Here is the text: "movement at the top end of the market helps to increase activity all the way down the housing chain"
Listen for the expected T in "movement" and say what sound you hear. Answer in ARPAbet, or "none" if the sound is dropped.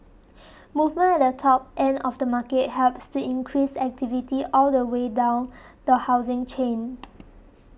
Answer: none